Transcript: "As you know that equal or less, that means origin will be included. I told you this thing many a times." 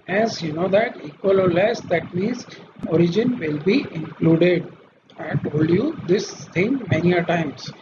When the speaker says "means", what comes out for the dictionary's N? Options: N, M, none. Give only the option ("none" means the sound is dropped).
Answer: none